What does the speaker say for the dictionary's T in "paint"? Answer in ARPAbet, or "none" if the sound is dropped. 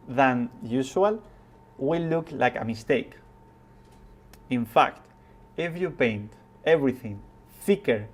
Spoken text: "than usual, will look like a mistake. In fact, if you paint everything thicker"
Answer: T